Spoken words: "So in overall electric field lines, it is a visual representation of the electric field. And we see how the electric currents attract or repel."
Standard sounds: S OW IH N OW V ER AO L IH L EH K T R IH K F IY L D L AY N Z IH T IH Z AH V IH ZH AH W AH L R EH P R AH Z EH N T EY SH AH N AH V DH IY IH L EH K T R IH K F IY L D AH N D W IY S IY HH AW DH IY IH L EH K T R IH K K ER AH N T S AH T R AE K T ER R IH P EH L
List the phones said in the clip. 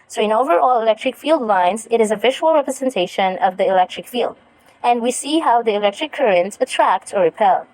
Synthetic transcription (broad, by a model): S OW IH N OW V ER AO L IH L EH K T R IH K F IY L D L AY N Z IH T IH Z AH V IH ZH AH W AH L R EH P R AH Z EH N T EY SH AH N AH V DH IY IH L EH K T R IH K F IY L D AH N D W IY S IY HH AW DH IY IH L EH K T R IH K K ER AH N T AH T R AE K T ER R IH P EH L